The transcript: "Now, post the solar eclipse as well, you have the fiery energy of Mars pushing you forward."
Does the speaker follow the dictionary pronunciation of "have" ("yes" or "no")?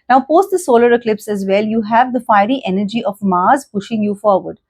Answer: yes